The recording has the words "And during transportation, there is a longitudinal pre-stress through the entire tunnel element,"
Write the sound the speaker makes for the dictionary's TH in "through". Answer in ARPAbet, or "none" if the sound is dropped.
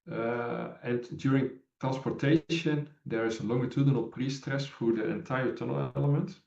F